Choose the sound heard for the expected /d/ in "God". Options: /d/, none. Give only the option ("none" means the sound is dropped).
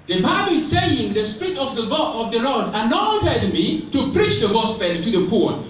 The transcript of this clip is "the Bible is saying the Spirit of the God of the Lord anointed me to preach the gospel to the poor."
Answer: none